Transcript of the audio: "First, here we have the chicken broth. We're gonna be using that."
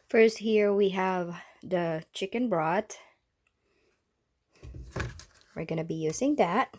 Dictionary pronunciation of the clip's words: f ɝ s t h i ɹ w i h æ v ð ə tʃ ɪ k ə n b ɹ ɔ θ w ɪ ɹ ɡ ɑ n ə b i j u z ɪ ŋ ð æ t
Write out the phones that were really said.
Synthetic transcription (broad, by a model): f ɝ s t h i ɹ w i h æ v ð ə tʃ ɪ k ə n b ɹ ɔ t w ɪ ɹ ɡ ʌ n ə b i j u z ɪ ŋ ð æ t